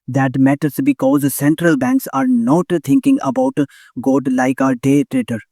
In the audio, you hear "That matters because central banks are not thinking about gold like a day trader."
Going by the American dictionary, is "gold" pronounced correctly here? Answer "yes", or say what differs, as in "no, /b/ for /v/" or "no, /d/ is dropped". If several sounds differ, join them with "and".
no, /l/ is dropped